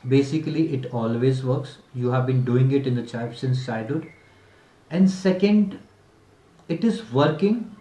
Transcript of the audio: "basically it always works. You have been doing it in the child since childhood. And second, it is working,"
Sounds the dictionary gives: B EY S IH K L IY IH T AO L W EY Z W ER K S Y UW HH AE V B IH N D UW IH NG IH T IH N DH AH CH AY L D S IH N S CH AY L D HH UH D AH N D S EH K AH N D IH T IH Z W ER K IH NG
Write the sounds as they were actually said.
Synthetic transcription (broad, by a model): B EY S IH K L IY IH T AO L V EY Z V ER K S Y UW HH AE V B IH N D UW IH NG IH T IH N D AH CH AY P S IH N S AY D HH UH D AH N D S EH K AH N D IH T IH Z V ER K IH NG